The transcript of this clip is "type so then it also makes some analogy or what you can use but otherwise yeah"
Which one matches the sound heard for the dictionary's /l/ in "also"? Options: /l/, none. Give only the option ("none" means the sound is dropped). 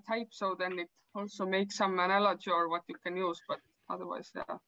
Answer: /l/